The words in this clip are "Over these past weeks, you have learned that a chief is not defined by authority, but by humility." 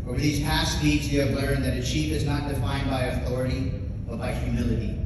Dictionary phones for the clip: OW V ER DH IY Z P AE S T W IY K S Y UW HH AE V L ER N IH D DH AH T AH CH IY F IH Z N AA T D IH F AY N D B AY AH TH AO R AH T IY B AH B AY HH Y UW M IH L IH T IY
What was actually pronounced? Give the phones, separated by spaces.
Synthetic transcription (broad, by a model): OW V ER DH IY Z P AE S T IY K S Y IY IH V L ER IH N DH AH T AH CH IY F IH Z N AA T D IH F AY N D B AY AH TH AO R AH T IY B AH B AY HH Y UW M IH L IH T IY